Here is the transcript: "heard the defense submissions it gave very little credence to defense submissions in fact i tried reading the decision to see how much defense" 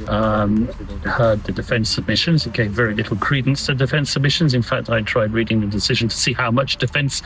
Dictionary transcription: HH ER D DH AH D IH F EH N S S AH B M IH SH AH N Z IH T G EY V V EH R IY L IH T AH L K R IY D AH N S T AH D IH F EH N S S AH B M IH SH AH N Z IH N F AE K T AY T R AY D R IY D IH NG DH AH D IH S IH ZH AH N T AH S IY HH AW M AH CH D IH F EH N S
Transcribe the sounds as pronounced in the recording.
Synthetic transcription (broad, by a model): HH ER D DH AH D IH F EH N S S AH B M IH SH AH N Z IH T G EY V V EH R IY L IH T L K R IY D N S T AH D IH F EH N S S AH B M IH SH AH N Z IH N F AE K T AY T R AY D R IY D IH NG DH AH D IH S IH ZH AH N T AH S IY HH AW M AH CH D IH F EH N S